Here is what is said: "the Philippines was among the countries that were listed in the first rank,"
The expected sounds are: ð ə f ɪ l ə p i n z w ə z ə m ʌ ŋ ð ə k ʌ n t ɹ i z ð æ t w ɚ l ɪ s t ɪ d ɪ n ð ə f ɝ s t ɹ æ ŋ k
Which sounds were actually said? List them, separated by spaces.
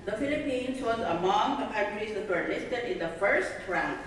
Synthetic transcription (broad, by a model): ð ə f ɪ l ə p i n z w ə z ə m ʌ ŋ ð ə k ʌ t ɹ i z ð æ t w ɚ l ɪ s t ɪ d ɪ n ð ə f ɝ s t ɹ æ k